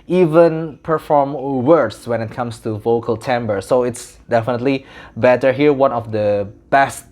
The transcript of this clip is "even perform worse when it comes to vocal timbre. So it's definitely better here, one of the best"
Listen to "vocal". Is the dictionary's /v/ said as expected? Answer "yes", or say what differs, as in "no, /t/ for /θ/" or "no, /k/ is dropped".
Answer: yes